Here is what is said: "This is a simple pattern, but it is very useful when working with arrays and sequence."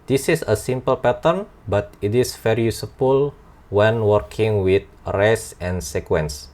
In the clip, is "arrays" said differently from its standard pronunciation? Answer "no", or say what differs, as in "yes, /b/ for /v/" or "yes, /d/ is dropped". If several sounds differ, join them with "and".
yes, /s/ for /z/